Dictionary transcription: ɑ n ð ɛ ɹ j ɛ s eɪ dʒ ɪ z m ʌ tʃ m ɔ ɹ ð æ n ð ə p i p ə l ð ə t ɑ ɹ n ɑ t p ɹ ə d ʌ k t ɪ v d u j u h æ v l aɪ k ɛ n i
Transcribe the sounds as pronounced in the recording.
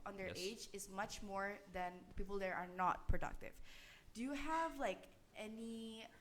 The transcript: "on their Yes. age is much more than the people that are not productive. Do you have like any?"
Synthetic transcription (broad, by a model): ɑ n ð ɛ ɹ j eɪ dʒ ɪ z m ʌ tʃ m ɔ ɹ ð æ n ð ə p i p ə l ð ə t ɑ ɹ n ɑ t p ɹ ə d ʌ k t ɪ v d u j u h æ v l aɪ k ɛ n i